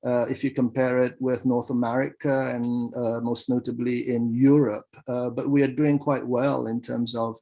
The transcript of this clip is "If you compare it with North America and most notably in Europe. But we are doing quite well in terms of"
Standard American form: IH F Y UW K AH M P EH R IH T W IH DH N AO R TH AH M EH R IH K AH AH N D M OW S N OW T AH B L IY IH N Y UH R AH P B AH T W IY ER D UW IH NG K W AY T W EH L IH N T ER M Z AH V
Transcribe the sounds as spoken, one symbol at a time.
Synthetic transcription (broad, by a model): IH F Y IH K AH M P EH R IH T W IH DH N AO R TH AH M EH R IH K AH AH N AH M OW S N OW T AH B L IY IH N Y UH R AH P B AH T W IY ER D UW IH NG K W AY T W EH L IH N T ER M Z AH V